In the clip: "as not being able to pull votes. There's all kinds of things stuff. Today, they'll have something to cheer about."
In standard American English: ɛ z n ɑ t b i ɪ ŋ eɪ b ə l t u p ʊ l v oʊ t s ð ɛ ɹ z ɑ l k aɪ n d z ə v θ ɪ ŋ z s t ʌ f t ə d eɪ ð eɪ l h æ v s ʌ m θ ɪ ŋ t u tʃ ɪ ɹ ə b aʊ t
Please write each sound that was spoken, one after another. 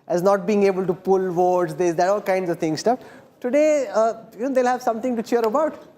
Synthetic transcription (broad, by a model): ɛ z n ɑ t b i ɪ ŋ eɪ b ə l t u p ʊ l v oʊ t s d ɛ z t ɑ l k aɪ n d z ə v t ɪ ŋ s t ʌ f t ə d eɪ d eɪ l h æ v s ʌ m t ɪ ŋ t u tʃ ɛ ɹ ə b aʊ t